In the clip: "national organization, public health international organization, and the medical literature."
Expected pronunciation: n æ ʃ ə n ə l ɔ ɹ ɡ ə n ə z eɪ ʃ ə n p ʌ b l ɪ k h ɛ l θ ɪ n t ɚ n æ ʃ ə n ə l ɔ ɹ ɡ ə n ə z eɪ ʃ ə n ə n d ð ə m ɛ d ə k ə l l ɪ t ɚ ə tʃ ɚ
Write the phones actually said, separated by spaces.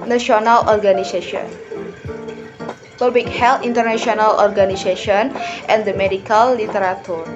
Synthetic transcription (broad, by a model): n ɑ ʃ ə n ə l ɔ ɹ ɡ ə n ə s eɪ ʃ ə n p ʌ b ɪ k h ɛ l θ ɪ n t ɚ n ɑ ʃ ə n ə l ɔ ɹ ɡ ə n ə s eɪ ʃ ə n ə n d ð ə m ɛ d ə k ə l l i t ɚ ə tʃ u